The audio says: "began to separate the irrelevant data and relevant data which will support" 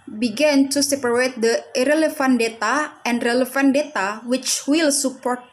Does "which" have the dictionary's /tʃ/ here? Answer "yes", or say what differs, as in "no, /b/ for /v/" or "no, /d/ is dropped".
yes